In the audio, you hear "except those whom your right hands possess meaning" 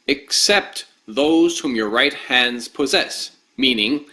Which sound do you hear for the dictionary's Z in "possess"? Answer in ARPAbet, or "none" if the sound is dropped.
Z